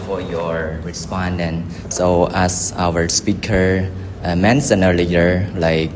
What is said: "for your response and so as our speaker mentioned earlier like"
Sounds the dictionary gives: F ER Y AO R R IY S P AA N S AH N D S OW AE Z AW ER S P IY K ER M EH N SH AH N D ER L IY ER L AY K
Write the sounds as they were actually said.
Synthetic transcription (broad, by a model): F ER Y AO R R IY S P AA N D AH N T S OW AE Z AW ER S P IY K ER M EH N S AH N ER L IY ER L AY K